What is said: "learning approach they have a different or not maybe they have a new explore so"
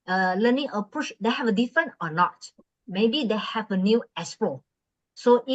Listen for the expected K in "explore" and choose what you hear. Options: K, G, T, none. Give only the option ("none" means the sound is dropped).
none